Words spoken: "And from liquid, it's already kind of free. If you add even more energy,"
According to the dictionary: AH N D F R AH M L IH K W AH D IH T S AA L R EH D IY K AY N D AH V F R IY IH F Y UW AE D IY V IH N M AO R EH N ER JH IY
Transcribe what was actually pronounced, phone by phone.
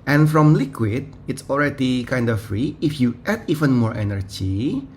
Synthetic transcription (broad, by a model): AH N F R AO M L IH K W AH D IH T S AA L R EH D IY K AY N D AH F R IY IH F Y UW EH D IY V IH N M AO R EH N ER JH IY